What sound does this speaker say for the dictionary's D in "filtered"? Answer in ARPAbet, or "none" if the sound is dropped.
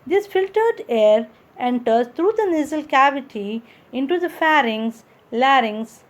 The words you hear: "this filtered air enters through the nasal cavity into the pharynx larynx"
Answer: D